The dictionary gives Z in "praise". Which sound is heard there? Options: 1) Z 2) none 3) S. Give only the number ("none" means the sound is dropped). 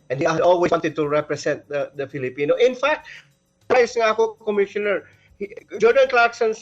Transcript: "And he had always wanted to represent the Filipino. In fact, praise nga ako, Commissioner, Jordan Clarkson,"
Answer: 3